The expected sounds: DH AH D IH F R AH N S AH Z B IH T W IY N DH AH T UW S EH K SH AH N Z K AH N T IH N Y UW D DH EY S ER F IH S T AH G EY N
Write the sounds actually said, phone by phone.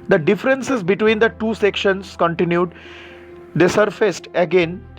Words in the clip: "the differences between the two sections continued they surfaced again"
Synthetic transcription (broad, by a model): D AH D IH F R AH N S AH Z B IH T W IY N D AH T UW S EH K SH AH N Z K AH N T IH N Y UW D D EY S ER F IH S T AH G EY N